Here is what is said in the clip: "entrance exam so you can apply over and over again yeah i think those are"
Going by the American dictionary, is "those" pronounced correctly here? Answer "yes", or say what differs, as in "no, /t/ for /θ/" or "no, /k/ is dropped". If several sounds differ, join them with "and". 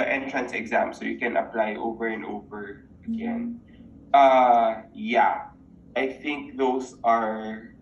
no, /s/ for /z/